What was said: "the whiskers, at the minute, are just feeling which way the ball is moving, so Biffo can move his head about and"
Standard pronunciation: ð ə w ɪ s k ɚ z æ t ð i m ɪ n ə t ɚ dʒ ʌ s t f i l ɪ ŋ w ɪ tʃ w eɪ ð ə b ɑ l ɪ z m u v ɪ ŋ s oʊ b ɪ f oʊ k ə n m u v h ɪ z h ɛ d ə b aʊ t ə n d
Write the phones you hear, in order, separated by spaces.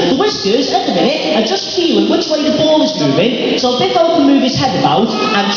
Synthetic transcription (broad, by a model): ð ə w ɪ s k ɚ z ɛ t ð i m ɪ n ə t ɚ dʒ ʌ s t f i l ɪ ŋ w ɪ tʃ w eɪ ð ə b ɑ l ɪ z m u v ɪ ŋ s oʊ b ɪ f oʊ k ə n m u v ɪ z h ɛ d ə b aʊ t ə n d